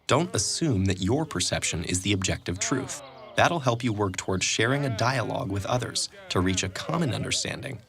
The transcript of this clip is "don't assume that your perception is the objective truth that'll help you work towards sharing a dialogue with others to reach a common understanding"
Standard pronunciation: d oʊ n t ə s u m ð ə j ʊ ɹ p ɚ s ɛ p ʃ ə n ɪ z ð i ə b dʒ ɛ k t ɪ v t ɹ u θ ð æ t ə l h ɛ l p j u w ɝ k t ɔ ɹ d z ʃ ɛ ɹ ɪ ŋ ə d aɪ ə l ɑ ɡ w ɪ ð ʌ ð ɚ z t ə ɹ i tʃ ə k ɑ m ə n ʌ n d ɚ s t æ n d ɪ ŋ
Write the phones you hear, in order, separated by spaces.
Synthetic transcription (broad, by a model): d oʊ n t ə s u m ð ə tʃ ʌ ɹ p ɚ s ɛ p ʃ ə n ɪ z ð i ə b dʒ ɛ k t ɪ v t ɹ u θ ð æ t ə l h ɛ l p j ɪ w ɝ k t ɔ ɹ d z ʃ ɛ ɹ ɪ ŋ ə d aɪ ə l ɑ ɡ w ɪ ð ʌ ð ɚ z t ə ɹ i tʃ ə k ɑ m ə n ʌ n d ɚ s t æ n d ɪ ŋ